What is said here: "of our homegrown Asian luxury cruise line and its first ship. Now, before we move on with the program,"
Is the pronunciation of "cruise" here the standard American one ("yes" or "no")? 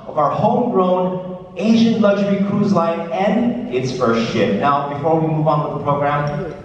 yes